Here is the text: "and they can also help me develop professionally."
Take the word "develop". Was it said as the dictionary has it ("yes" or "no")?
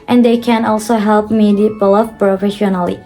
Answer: no